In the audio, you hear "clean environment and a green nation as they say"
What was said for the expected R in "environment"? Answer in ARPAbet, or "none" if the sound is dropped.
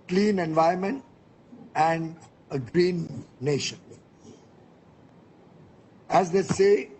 none